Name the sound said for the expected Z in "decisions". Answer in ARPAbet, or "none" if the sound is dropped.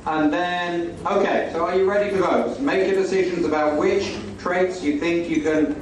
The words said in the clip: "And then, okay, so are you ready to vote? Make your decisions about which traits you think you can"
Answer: Z